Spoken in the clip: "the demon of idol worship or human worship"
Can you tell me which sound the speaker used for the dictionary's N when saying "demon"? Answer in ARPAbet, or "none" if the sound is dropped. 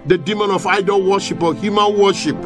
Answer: N